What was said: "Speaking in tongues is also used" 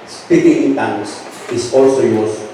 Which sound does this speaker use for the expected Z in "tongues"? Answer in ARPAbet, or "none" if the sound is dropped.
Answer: S